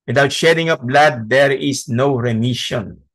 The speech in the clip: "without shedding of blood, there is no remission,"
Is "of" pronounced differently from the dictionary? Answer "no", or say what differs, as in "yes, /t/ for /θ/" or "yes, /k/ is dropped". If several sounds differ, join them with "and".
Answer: yes, /p/ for /v/